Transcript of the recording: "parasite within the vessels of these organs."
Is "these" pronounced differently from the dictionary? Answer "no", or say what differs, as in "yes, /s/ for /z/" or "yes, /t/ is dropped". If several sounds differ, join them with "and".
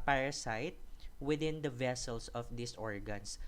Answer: yes, /s/ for /z/